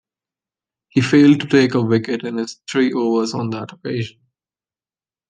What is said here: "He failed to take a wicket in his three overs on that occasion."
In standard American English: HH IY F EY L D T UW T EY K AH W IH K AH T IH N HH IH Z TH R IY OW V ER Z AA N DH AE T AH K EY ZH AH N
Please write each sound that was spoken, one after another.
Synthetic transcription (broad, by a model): HH IY F EY L D T UW T EY K AH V IH K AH T IH N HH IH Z T R IY OW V ER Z AA N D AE T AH K EY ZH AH N